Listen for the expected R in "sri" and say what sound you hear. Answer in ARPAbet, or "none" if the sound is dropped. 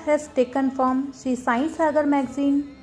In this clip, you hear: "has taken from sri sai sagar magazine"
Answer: none